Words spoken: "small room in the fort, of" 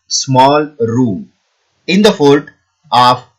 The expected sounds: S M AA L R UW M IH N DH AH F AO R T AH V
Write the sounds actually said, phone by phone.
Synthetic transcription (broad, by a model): S M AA L R UW M IH N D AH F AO L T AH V